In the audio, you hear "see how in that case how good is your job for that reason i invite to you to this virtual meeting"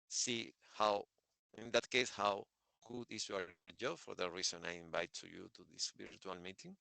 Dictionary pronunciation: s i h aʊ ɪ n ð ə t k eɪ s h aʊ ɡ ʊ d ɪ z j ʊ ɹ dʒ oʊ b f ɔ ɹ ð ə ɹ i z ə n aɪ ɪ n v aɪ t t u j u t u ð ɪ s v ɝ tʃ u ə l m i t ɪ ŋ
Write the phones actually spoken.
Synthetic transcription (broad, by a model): s i h aʊ ɪ n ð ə t k eɪ s h aʊ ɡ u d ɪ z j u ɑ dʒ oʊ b f ɔ ɹ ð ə ɹ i s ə n aɪ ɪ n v aɪ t t u j u t u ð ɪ s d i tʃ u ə l m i t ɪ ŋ